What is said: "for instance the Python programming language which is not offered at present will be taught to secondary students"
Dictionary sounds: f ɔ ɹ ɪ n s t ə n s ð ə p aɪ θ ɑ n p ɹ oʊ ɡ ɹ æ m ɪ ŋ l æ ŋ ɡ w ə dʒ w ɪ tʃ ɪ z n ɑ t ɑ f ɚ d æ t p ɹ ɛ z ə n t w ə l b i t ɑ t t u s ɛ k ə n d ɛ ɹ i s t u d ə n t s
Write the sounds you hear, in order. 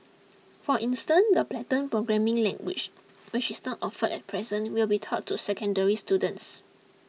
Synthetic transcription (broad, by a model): f ɔ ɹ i n s t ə n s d ə p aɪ t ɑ n p ɹ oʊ ɡ ɹ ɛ m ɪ ŋ l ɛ ŋ ɡ w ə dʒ w ɪ tʃ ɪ s n ɑ t ɑ f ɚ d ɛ t p ɹ ɛ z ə n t w ə l b i t ɑ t t u s ɛ k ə n d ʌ ɹ i s t u d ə n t s